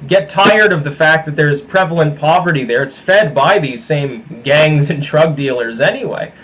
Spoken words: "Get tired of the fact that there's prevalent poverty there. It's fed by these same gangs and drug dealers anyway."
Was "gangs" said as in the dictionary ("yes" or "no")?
yes